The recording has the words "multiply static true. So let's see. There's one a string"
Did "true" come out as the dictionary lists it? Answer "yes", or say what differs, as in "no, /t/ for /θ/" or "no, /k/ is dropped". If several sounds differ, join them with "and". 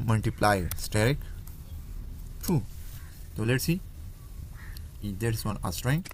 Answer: no, /ɹ/ is dropped